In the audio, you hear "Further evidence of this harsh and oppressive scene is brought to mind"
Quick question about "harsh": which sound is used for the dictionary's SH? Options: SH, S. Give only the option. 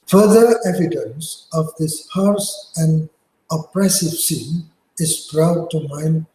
S